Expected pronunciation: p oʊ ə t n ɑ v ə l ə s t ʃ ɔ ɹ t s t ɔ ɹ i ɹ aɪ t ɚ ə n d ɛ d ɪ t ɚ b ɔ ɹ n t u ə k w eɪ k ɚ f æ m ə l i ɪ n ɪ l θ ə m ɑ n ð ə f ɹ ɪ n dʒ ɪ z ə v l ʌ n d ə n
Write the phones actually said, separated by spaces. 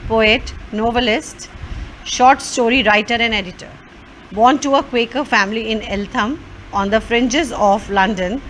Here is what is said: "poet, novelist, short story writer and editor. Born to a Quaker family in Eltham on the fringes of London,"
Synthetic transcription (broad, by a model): p oʊ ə t n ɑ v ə l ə s t ʃ ɔ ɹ t s t ɔ ɹ i ɹ aɪ t ɚ ə n d ɛ d ɪ t ɚ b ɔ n t u ə k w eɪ k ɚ f æ m ə l i ɪ n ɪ l t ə m ɑ n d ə f ɹ ɪ n dʒ ɪ z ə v l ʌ n d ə n